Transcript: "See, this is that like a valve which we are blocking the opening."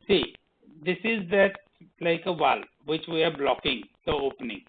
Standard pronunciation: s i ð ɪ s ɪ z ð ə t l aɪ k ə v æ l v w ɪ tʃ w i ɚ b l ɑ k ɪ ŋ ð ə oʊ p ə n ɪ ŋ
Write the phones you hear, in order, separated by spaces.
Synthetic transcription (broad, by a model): s i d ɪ s ɪ z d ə t l aɪ k ə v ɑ l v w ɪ tʃ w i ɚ b l ɑ k ɪ ŋ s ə oʊ p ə n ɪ ŋ